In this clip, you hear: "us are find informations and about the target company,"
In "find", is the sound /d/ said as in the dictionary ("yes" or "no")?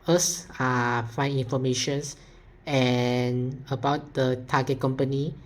no